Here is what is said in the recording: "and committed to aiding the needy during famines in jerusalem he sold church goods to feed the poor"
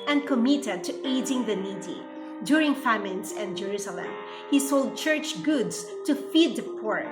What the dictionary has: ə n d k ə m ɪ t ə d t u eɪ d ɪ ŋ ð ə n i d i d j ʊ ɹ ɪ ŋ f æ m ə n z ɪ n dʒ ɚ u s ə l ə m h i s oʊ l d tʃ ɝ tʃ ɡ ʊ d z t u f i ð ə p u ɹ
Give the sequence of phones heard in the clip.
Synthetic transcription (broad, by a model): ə n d k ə m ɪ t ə d t u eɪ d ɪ ŋ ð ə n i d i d j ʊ ɹ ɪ ŋ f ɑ m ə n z ɪ n dʒ ɚ u s ə l ə m h i s oʊ l d tʃ ɝ tʃ ɡ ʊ d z t u f i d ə p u ɹ